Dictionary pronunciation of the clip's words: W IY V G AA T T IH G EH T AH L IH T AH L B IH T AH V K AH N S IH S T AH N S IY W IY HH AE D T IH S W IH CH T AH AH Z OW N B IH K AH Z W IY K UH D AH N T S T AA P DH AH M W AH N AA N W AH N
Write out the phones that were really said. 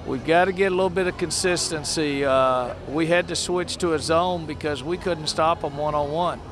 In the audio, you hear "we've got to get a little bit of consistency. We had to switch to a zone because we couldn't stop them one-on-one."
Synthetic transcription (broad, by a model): W IY V G AA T T IH G EH T AH L IH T L B IH T AH V K AH N S IH S T AH N S IY W IY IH D T IH S W IH CH T AH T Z OW N B IH K AH Z W IY K UH D N T S T AA P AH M W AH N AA W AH N